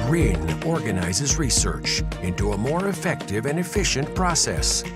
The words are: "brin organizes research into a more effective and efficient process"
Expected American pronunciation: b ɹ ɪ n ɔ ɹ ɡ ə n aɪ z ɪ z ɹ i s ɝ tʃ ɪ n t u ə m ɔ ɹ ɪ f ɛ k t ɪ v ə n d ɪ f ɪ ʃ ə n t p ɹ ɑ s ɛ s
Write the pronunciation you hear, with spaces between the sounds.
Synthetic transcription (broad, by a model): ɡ ɹ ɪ n ɔ ɹ ɡ ə n aɪ z ɪ z ɹ i s ɝ tʃ ɪ n t u ə m ɔ ɹ ɪ f ɛ k t ɪ v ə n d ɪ f ɪ ʃ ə n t p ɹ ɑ s ɛ s